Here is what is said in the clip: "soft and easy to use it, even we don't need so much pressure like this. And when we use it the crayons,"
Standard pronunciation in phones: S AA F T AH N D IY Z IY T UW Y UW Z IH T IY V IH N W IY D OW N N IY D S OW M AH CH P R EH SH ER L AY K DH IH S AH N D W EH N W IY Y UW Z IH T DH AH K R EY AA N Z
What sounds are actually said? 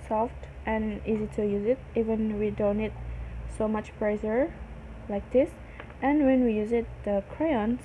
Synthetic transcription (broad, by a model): S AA F T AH N IY Z IY T UW Y UW Z IH T IY V IH N W IY D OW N N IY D S OW M AH CH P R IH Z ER L AY K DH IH S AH N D W EH N W IY Y UW Z IH T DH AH K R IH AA N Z